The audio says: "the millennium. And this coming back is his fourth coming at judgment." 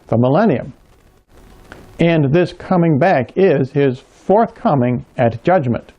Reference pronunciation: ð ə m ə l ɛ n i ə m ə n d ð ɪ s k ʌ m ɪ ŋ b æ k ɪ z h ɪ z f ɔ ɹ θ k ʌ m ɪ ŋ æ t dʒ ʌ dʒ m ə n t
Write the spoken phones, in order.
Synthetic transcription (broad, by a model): ð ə m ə l ɛ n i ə m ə n ð ɪ s k ʌ m ɪ ŋ b æ k ɪ z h ɪ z f ɔ ɹ θ k ʌ m ɪ ŋ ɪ t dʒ ʌ dʒ m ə n t